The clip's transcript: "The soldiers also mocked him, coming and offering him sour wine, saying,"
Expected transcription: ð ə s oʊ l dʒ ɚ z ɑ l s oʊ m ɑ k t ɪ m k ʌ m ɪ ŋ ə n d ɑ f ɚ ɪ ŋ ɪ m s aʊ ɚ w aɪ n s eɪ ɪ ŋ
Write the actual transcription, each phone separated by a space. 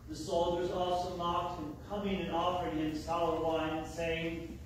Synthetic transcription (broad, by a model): ð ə s oʊ l dʒ ɚ z ɑ l s oʊ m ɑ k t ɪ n k ʌ m ɪ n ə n ɑ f ɚ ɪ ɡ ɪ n s aʊ ɚ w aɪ n s eɪ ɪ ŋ